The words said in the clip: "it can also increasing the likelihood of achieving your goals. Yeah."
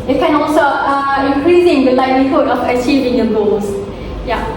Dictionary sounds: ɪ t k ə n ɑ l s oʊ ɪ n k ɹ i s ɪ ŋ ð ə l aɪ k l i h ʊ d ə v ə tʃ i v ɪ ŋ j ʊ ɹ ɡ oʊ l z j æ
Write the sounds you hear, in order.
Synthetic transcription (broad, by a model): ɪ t k ə n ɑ l s oʊ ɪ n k ɹ i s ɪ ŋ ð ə l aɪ l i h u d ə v ə tʃ i v ɪ ŋ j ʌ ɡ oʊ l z j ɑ